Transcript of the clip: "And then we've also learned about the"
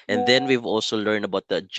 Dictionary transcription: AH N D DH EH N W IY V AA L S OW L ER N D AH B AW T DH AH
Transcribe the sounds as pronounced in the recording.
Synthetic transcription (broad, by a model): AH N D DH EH N W IY V AA L S OW L ER N D AH B AW T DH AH